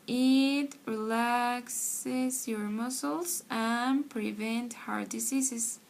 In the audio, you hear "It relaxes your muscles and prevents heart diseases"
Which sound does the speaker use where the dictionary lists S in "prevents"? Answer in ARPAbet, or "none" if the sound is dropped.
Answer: none